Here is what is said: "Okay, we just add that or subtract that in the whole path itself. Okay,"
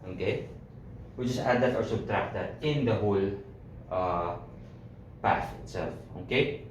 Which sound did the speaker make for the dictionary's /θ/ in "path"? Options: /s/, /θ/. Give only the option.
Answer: /s/